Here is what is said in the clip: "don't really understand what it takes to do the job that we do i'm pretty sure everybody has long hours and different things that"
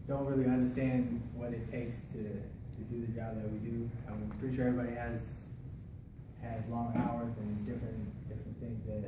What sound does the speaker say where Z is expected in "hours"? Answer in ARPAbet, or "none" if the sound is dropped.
Z